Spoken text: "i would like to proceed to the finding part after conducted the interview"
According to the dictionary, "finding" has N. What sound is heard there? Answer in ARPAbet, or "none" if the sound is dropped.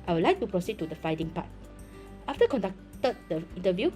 none